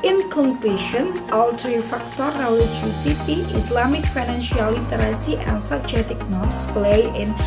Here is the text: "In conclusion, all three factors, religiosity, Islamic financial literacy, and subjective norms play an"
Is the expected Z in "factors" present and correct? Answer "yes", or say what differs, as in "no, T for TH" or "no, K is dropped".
no, Z is dropped